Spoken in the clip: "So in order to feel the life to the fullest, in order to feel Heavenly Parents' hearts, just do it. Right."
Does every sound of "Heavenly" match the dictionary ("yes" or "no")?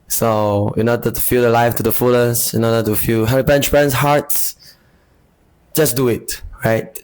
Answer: no